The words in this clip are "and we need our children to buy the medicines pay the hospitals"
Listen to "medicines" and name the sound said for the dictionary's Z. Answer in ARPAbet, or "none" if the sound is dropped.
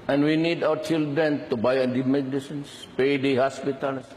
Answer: S